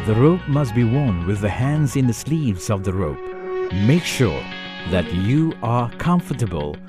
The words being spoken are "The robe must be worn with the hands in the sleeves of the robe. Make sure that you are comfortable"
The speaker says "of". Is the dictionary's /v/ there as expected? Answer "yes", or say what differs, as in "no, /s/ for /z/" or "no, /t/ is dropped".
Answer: yes